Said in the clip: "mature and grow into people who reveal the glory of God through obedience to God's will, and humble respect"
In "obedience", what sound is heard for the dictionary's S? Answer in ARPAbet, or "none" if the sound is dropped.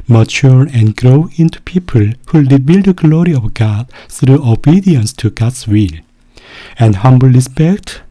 S